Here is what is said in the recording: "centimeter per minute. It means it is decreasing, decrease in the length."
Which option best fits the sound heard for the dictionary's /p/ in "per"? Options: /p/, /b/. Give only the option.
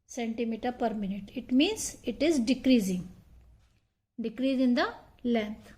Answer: /p/